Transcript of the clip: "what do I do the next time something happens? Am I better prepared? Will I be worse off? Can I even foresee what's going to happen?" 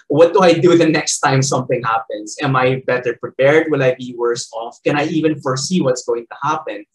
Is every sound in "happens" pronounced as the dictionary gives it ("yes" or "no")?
no